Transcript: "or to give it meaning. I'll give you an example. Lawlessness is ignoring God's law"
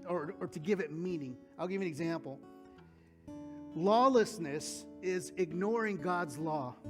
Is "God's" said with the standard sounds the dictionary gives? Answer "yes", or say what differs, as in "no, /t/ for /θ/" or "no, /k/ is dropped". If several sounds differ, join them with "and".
yes